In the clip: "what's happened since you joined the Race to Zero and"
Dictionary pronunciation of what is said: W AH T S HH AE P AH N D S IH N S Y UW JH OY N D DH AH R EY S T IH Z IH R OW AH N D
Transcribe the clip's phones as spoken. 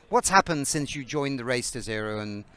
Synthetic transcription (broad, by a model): W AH T S HH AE P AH N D S IH N S Y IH JH OY N DH AH R EY S T IH Z IH R OW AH N